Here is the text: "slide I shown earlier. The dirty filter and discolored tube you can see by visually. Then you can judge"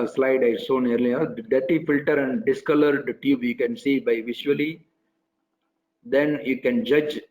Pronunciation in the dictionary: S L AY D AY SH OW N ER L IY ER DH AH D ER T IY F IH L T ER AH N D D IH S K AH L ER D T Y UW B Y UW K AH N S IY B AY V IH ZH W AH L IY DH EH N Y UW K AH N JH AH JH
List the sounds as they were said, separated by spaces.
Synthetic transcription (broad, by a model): S L AY D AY S OW N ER L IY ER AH D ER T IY F IH L T ER AH N D D IH S K AH L ER D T Y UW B Y UW K AH N S IY B AY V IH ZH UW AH L IY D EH N Y UW K AH N JH AH JH